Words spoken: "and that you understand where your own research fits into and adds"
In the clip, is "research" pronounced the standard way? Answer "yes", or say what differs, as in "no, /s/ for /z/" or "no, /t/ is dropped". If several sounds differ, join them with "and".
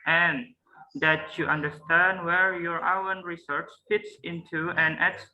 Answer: yes